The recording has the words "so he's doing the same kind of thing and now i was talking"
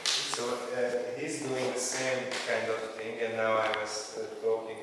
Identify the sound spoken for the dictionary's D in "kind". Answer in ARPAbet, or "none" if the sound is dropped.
D